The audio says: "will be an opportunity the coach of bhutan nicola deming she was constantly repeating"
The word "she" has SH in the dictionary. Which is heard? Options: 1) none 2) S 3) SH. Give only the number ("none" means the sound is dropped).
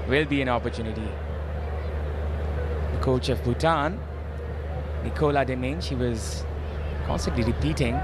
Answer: 3